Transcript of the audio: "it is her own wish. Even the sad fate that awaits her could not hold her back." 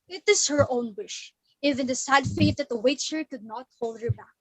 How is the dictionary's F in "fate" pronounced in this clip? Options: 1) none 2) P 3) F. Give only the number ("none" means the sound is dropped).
3